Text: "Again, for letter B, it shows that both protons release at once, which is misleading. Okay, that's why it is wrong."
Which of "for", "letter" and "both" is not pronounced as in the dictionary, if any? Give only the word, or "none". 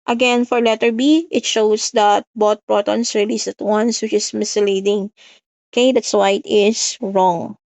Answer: both